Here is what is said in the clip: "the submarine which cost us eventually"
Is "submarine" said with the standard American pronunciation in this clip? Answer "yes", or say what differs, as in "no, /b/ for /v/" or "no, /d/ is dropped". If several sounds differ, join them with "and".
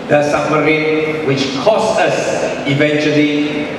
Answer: no, /b/ is dropped